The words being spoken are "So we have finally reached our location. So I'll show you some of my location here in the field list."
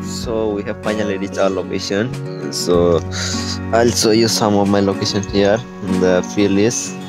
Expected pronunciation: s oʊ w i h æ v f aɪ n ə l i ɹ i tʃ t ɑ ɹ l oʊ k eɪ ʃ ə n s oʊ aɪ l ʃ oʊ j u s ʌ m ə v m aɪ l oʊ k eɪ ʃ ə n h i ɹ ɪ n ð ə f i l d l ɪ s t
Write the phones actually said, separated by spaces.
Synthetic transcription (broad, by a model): s oʊ w i h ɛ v f aɪ n ə l i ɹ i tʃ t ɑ l oʊ k eɪ ʃ ə n s oʊ aɪ l s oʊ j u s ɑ m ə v m aɪ l oʊ k eɪ ʃ ə n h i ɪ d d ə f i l l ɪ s